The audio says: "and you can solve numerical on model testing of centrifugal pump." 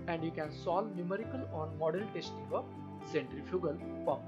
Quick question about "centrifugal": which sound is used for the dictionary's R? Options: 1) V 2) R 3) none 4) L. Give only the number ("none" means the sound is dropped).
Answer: 2